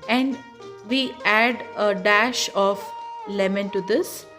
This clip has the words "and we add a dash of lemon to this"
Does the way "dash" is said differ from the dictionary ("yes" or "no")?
no